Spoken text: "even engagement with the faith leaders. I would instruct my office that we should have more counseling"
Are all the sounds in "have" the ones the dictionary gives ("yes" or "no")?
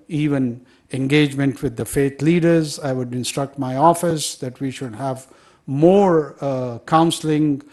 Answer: yes